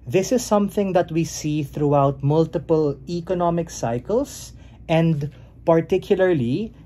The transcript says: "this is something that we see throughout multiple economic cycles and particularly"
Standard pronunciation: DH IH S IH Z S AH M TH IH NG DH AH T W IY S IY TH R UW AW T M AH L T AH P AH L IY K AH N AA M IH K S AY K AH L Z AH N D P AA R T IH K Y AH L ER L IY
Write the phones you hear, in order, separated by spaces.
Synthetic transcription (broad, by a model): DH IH S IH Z S AH M TH IH NG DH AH T W IY S IY TH R UW AW T M AH L T AH P AH L IY K AH N AA M IH K S AY K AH L S AH N D P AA R T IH K Y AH L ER L IY